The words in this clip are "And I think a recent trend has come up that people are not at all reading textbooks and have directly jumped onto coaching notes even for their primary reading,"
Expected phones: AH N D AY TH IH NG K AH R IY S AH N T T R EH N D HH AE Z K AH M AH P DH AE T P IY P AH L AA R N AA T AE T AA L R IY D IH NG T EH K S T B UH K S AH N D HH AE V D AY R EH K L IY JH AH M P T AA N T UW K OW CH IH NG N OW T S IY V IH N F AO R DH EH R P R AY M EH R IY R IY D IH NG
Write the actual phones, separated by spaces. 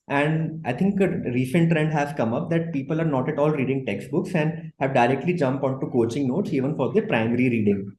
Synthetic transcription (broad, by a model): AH N D AY T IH NG K AH R IY S AH N T T R EH N D HH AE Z K AH M AH P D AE T P IY P AH L AA R N AA T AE T AA L R IY D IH NG T EH K S T B UH K S AH N D HH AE V D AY R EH K L IY JH AH M P AA N T UW K OW CH IH NG N OW T S IY V IH N F AO R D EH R P R AY M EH R IY R IY D IH NG